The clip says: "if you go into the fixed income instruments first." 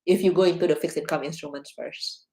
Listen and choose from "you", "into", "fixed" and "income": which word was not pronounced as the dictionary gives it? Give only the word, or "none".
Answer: fixed